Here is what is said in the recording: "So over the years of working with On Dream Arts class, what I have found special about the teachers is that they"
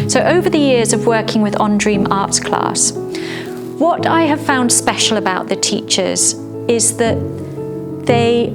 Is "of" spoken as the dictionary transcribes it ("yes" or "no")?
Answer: yes